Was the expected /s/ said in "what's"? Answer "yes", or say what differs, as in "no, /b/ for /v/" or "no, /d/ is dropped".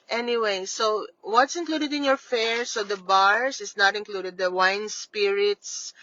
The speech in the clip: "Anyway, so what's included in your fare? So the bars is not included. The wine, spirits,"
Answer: yes